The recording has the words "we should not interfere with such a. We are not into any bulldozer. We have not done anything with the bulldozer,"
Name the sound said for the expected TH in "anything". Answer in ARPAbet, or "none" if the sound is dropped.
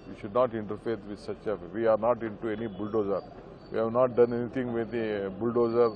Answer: T